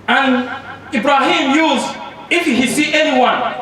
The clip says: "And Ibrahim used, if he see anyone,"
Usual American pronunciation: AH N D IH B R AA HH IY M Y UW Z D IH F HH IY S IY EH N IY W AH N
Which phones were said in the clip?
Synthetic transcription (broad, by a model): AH N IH B R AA HH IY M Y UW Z IH F HH IY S IY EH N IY W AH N